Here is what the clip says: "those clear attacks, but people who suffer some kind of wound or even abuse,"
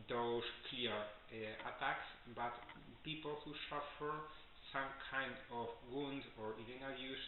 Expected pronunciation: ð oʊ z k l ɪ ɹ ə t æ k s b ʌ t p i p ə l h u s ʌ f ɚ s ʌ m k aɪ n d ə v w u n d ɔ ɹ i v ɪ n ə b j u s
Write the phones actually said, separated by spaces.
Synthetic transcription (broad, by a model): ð oʊ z k l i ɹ ə t æ k s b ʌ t p i p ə l h u s ʌ f ɚ s ʌ m k aɪ n d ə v w u n d ɔ ɹ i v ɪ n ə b j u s